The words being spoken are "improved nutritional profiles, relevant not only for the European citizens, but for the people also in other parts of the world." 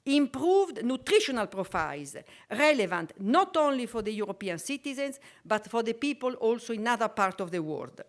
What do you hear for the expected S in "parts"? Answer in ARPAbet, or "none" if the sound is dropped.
none